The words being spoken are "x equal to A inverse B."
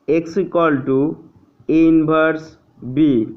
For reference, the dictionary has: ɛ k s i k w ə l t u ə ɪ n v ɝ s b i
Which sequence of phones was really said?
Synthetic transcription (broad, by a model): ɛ k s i k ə l t u ə n b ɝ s b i